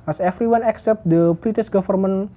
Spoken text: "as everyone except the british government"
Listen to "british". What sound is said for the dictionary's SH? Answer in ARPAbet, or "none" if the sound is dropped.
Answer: S